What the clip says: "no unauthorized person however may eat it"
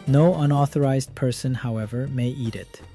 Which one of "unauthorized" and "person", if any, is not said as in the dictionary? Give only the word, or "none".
none